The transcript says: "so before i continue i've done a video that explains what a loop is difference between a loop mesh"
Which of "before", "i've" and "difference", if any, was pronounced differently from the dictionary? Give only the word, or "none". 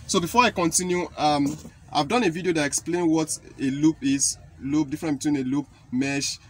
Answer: difference